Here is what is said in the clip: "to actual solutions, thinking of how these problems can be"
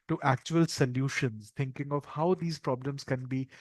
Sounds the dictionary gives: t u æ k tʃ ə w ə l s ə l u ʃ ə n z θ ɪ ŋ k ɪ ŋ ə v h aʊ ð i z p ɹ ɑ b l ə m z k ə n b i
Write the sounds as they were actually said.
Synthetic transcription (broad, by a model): t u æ k tʃ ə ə l s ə l u ʃ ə n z t ɪ ŋ k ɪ ŋ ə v h aʊ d i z p ɹ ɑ b l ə m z k ə n b i